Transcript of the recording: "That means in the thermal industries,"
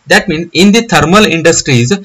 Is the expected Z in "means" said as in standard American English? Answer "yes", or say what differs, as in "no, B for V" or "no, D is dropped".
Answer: no, Z is dropped